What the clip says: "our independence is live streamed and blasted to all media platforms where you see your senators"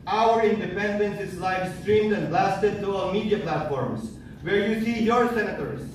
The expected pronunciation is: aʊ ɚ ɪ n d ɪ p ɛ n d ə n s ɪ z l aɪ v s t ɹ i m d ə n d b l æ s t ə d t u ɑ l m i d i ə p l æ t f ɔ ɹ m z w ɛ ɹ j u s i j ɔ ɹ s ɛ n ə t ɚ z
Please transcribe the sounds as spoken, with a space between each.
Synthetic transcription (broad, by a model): aʊ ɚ ɪ n d ɪ p ɛ n d ə n s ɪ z l aɪ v s t ɹ i m d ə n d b l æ s t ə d t u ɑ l m i d i ə p l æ t f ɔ ɹ m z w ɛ ɹ j u s i j ɔ ɹ s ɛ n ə t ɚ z